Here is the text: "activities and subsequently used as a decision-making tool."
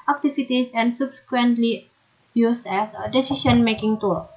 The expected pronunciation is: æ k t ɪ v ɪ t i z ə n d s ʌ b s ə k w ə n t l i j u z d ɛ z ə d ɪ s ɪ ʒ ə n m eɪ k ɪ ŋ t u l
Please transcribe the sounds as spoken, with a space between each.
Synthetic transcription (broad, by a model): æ k t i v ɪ t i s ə n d s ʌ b s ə k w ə n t l i j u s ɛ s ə d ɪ s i s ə n m eɪ k ɪ ŋ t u